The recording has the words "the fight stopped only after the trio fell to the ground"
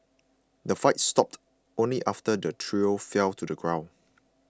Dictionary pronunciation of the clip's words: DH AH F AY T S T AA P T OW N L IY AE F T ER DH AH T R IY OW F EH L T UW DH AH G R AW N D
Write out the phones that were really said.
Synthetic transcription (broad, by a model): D AH F AY T S T AA P T OW N L IY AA F T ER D AH T R IY OW F EH L T UW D AH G R AW N